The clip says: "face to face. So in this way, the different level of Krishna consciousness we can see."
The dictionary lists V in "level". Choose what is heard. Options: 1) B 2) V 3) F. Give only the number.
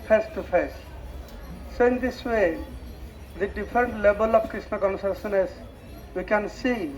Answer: 1